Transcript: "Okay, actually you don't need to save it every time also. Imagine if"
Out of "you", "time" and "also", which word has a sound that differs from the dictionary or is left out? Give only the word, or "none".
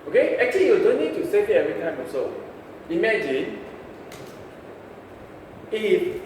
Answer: also